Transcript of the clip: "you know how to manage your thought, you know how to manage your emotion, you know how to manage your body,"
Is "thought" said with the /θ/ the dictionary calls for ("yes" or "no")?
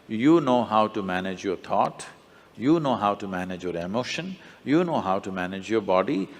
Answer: no